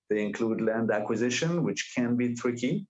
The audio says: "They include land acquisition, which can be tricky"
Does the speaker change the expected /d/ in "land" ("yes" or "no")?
no